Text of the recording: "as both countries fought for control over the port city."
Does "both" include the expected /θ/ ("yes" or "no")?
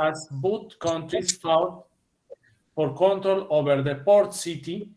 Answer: no